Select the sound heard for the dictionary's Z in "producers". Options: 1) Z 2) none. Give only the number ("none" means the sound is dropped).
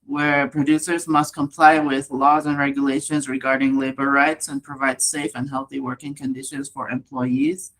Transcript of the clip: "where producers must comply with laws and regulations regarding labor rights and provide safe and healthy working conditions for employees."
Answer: 1